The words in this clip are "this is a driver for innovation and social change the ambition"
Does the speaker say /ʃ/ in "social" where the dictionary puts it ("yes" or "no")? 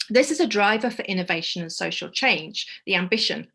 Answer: yes